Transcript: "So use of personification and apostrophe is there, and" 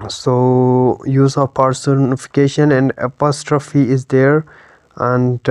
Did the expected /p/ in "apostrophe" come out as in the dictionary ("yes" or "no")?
yes